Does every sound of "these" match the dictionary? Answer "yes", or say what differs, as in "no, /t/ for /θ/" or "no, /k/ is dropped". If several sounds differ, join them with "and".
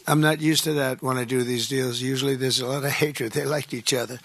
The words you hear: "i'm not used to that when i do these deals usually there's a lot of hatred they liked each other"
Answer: yes